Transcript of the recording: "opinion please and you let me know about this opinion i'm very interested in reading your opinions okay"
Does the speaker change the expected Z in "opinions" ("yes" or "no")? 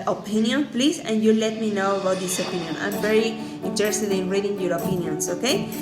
yes